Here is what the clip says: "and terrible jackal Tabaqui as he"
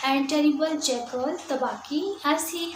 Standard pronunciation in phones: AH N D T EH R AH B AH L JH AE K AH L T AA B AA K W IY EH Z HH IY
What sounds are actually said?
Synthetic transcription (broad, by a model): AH N T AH R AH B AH L CH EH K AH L T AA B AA K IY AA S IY